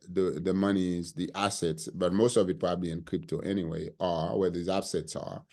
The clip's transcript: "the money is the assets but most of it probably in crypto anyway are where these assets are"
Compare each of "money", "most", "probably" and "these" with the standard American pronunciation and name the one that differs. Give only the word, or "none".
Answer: none